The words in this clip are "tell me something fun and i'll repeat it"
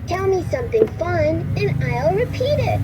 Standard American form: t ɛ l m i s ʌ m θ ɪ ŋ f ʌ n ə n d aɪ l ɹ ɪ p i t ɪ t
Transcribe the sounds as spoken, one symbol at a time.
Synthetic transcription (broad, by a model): t ɛ l m i s ʌ m θ ɪ ŋ f ʌ n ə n aɪ l ɹ ɪ p i t ɪ t